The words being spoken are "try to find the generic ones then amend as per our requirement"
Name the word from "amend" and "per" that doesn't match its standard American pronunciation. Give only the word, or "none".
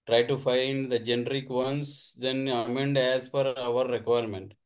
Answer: per